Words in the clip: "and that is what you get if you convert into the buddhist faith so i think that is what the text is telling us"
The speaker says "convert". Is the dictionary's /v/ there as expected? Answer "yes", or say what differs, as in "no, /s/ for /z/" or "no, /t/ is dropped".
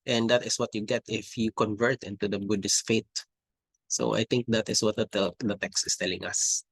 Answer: yes